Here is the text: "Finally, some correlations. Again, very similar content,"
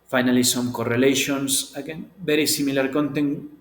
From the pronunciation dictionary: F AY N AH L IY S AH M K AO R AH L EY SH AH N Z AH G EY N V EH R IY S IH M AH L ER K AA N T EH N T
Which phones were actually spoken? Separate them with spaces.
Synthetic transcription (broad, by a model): F AY N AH L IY S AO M K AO R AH L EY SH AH N S AH G EY N B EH R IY S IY M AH L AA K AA N T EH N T